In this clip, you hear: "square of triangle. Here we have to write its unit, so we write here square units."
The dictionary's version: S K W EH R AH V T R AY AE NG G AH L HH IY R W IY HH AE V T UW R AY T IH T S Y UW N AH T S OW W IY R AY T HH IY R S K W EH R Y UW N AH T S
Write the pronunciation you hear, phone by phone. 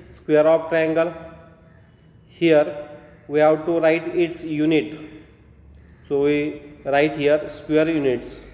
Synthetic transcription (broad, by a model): S K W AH R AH P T R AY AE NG G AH L HH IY R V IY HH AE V T UW R AY T IH T S Y UW N AH T S OW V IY R AY T HH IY R S K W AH R Y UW N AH T S